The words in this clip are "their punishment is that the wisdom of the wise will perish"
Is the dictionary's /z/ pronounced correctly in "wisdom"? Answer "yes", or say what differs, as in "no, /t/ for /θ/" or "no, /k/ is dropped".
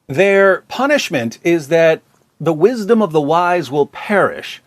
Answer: yes